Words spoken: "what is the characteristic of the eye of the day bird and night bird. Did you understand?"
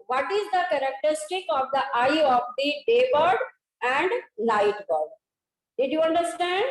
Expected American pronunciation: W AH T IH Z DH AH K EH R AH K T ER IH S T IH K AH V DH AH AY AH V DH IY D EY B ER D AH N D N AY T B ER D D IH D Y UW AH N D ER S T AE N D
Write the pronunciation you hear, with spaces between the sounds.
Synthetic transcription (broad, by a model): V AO T IH Z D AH K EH R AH K T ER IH S T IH K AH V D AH AY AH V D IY D EY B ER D AH N D L AY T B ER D D IH D Y UW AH N D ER S T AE N D